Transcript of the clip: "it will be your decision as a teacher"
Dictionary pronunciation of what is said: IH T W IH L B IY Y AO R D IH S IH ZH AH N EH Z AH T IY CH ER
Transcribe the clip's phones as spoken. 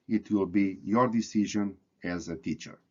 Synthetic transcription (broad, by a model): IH T W IH L B IY Y AO R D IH S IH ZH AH N EH Z AH T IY CH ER